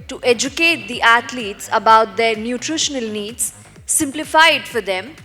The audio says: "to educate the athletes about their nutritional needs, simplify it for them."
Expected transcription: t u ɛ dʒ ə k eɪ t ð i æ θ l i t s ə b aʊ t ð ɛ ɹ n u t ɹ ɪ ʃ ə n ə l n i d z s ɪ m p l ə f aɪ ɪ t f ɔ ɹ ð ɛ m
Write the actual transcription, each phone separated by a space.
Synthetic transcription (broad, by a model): t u ɛ dʒ ə k eɪ t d i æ t l i t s ə b aʊ t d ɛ ɹ n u t ɹ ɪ ʃ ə n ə l n i d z s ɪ m p l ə f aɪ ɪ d f ɔ ɹ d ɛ m